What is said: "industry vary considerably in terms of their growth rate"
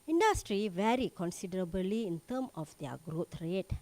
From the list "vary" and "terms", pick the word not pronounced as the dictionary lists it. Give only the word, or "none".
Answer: terms